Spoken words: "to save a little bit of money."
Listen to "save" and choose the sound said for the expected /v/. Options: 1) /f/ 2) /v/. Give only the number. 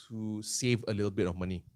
2